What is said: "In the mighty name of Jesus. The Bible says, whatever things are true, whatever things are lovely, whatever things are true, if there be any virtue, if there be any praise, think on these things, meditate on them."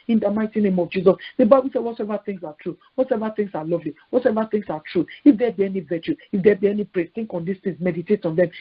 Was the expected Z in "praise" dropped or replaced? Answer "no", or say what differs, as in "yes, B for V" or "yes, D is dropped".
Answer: yes, Z is dropped